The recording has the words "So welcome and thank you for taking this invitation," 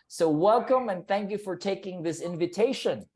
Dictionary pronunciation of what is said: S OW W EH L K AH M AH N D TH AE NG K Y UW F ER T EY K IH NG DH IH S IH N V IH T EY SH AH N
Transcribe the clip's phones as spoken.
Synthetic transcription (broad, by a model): S OW W EH L K AH M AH N TH AE NG K Y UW F ER T EY K IH NG DH IH S IH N V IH T EY SH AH N